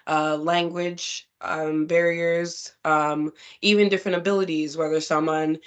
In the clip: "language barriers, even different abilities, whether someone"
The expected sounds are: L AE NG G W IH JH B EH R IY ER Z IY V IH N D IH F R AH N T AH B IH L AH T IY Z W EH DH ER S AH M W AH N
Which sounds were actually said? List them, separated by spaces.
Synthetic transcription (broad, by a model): L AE NG G W IH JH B EH R IY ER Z IY V IH N D IH F R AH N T AH B IH L AH T IY Z W EH DH ER S AH M W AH N